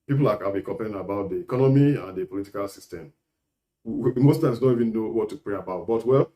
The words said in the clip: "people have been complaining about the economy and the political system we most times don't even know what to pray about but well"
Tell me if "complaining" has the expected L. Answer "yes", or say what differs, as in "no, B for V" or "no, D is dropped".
no, L is dropped